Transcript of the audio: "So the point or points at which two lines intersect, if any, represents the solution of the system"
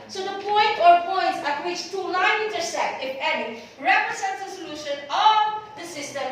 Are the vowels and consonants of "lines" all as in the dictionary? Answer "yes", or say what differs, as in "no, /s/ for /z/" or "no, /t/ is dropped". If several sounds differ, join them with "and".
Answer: no, /z/ is dropped